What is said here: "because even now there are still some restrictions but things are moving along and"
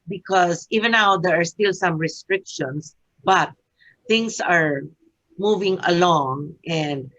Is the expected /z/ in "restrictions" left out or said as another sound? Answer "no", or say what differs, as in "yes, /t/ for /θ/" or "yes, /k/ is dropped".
yes, /s/ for /z/